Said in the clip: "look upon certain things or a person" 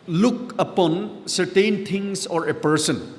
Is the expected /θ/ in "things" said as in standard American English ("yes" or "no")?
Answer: no